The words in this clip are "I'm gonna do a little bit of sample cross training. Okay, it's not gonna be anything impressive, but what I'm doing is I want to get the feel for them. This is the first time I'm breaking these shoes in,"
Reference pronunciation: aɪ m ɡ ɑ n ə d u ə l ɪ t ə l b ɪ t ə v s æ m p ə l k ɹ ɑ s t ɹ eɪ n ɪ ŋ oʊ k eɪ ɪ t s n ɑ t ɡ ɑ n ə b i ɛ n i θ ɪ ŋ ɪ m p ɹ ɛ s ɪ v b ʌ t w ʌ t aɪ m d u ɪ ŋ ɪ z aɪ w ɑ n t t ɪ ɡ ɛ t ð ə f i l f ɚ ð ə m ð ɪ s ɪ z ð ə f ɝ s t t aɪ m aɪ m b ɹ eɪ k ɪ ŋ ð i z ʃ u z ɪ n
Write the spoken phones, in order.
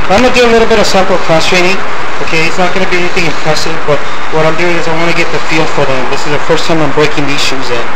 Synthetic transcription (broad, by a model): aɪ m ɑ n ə d u ə l ɪ t l b ɪ t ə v s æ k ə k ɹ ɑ s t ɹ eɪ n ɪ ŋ oʊ k eɪ ɪ t s n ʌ t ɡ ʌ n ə b i ɛ n i θ ɪ ŋ ɪ m p ɹ ɛ s ɪ v b ʌ t w ʌ t aɪ m d u ɪ ŋ ɪ z aɪ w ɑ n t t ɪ ɡ ɛ t ð ə f i l f ɚ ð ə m ð ɪ s ɪ z ð ə f ɝ s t t aɪ m aɪ m b ɹ eɪ k ɪ ŋ ð i z ʃ u z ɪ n